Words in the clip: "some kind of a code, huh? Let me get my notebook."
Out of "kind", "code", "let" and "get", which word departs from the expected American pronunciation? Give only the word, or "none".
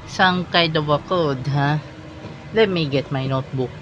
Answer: kind